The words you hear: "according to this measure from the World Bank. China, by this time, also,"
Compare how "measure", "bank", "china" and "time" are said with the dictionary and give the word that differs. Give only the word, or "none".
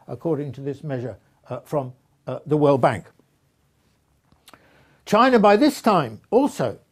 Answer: none